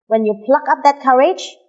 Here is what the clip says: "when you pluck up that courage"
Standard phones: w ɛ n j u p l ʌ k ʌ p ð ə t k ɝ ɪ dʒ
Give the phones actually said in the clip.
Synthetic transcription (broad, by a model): w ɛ n j u p l ʌ k ʌ p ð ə t k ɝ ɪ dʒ